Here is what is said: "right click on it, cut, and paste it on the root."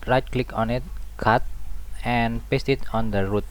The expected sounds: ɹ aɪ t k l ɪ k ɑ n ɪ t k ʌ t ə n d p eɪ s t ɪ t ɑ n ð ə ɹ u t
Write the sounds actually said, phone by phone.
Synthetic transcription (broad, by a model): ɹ aɪ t k l ɪ k ɑ n ɪ t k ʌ t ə n p eɪ s t ɪ t ɑ n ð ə ɹ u t